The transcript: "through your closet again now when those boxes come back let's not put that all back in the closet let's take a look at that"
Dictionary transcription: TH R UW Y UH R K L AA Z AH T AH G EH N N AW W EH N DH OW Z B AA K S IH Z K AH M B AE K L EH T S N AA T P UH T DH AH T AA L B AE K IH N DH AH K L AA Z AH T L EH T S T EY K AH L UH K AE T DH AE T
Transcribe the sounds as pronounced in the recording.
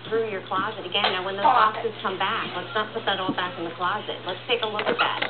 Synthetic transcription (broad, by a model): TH R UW Y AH R K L AA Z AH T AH G EH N N AW W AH N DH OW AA S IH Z K AH M B AE K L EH T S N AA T P UH T DH AH T AA L B AE K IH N DH AH K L AA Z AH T L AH T S T EY K AH L UH K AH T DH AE T